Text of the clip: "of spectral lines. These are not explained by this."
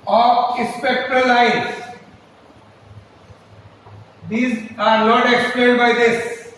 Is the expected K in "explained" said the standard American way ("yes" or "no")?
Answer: yes